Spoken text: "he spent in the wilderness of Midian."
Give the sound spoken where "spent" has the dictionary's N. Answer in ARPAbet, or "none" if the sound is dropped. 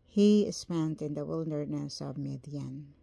N